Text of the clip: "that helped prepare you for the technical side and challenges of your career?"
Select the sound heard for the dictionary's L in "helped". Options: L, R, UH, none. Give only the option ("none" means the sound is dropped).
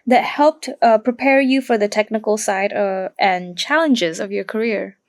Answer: L